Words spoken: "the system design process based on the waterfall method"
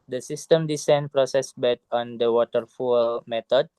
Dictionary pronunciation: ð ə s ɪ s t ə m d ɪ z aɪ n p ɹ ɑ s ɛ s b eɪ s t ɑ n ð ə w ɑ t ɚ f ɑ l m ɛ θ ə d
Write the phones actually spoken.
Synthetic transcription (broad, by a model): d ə s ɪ s t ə m d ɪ s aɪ n p ɹ ɑ s ɛ s b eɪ t ɑ n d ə w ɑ t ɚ f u l m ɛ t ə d